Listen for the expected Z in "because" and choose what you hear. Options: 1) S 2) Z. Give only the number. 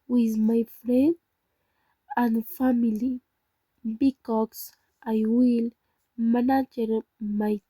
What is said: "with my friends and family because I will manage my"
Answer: 1